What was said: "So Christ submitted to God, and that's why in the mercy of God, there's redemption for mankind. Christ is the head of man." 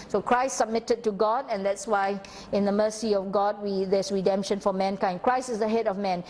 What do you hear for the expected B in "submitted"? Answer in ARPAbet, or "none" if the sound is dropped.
B